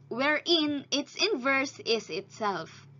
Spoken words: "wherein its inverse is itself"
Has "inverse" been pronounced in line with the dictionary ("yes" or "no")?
yes